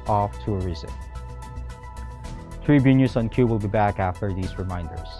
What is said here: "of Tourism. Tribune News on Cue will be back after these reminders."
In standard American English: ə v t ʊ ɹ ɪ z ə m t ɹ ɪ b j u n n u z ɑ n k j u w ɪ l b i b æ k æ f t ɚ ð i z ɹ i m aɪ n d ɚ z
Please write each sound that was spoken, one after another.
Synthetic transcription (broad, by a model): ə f t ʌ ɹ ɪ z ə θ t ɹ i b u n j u s ɑ n k j u w ɪ l b i b æ k æ f t ɚ ð i z ɹ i m aɪ n d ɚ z